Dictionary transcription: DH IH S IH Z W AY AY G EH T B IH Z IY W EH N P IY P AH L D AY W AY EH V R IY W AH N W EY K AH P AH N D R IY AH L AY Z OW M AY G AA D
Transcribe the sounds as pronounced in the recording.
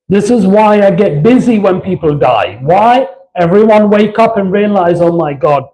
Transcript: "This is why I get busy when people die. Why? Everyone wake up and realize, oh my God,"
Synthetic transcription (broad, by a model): DH IH S IH Z W AY AY G EH T B IH Z IY W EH N P IY P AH L D AY W AY EH V R IY W AH N W EY K AH P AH N R IY AH L AY Z OW M AY G AA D